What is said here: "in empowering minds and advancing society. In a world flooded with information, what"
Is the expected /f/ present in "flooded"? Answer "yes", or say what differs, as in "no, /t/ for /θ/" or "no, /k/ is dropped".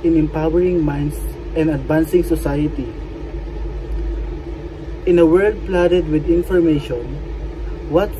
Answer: no, /p/ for /f/